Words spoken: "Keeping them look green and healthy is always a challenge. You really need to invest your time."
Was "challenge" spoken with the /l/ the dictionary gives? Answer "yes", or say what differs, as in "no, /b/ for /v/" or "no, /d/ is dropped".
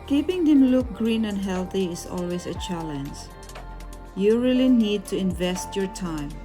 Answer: yes